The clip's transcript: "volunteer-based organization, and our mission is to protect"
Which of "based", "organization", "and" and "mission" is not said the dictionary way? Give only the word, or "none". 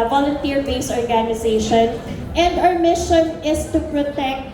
based